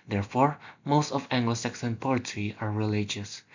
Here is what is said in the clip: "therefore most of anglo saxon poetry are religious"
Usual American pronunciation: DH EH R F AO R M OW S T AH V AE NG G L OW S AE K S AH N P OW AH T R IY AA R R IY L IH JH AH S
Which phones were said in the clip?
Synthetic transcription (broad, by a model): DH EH R F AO R M OW S T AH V AE NG G L OW S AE K S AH N P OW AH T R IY AA R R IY L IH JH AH S